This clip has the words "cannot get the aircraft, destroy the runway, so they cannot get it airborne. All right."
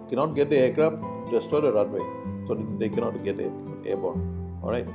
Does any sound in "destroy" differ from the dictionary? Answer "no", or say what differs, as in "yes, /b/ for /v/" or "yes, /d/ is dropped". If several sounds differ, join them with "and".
yes, /ɹ/ is dropped